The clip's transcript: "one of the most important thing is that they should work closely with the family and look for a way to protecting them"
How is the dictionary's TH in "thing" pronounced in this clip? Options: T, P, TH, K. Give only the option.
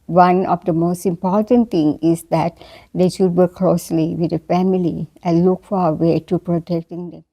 T